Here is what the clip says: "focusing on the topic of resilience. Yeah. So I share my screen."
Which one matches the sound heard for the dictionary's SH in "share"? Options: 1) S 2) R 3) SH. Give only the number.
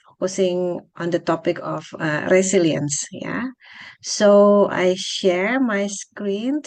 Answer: 3